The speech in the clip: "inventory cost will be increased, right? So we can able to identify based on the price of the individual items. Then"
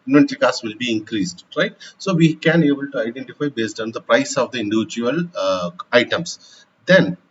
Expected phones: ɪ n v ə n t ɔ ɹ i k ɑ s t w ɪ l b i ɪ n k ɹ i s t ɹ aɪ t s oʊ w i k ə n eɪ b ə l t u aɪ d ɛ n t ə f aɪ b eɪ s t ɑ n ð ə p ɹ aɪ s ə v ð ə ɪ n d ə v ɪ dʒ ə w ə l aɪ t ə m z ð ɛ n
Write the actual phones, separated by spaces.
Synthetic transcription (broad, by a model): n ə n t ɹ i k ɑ s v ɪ l b i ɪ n k ɹ i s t ɹ aɪ t s oʊ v i k ə n eɪ b ə l t u aɪ d ɛ n t ə f aɪ b eɪ s t ɑ n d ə p ɹ aɪ s ə v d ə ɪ n d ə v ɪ dʒ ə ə l aɪ t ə m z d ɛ n